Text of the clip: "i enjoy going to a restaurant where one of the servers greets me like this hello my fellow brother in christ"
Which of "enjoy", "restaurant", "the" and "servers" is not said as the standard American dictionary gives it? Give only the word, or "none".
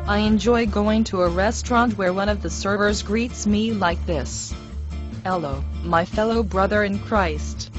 none